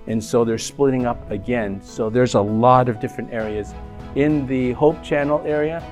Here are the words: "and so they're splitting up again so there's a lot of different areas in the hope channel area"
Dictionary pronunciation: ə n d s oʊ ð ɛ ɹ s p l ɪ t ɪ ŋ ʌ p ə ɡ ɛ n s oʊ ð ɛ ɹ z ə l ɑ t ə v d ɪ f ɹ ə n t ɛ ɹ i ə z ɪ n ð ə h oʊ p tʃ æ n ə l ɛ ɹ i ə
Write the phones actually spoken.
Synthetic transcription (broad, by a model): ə n s oʊ ð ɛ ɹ s p l ɪ t ɪ ŋ ʌ p ə ɡ ɛ n s oʊ ð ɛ ɹ z ə l ɑ t ə v d ɪ f ɹ ə n t ɛ ɹ i ə z ɪ n ð ə h oʊ p tʃ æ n l ɛ ɹ i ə